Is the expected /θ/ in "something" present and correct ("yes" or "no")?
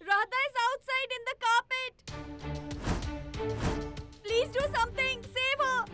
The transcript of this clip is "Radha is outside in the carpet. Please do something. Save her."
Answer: no